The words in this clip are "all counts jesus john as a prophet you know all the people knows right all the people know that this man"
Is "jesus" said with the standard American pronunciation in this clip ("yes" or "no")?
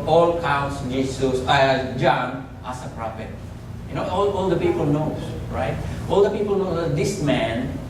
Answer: no